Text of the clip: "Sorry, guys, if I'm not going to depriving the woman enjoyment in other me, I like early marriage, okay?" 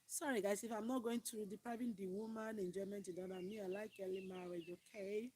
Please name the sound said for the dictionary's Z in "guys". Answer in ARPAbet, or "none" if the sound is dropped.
S